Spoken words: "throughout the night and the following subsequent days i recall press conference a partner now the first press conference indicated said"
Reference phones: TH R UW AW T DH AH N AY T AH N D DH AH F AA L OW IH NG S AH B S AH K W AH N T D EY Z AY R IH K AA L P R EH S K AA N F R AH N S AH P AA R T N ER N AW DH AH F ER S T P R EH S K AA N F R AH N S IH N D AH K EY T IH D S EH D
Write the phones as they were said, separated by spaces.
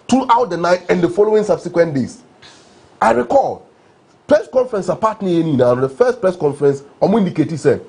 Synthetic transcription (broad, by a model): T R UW AW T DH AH N AY T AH N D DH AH F AA L OW IH NG S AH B S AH K W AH N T D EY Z AY R IH K AA L P R EH S K AA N F R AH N S AH P AA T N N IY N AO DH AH F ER S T P R EH S K AA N F R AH N S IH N D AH K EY T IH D S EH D